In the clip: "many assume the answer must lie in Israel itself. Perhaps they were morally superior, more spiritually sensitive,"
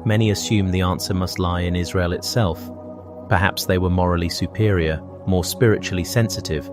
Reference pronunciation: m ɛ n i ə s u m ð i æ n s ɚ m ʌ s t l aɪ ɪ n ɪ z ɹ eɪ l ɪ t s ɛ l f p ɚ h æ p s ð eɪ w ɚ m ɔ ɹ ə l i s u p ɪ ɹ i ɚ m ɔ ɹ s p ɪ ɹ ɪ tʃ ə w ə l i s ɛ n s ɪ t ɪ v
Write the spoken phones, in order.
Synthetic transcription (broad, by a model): m ɛ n i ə s u m ð i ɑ n s ɚ m ʌ s t l aɪ ɪ n ɪ z ɹ eɪ l ɪ t s ɛ l f p ɚ h æ p s ð eɪ w ɚ m ɔ ɹ ə l i s u p ɪ ɹ i ɚ m ɔ ɹ s p ɪ ɹ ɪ tʃ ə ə l i s ɛ n s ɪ t ɪ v